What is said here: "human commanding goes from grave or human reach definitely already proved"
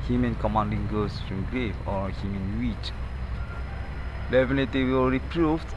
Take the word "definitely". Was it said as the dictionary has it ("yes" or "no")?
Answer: no